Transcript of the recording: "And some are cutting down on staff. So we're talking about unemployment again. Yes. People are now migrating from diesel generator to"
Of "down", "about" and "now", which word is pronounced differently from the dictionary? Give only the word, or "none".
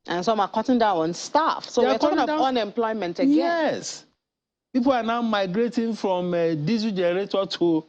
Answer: about